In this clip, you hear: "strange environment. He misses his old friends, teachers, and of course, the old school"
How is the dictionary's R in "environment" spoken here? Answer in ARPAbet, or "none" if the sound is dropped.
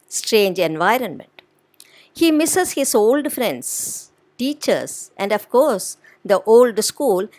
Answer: R